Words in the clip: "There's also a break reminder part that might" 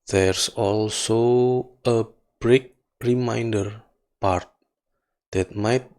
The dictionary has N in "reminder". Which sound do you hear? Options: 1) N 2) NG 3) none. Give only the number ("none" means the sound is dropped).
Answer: 1